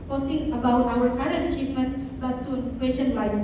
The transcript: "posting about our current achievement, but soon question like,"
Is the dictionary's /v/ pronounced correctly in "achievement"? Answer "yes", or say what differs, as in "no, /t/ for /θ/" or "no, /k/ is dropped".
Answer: no, /f/ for /v/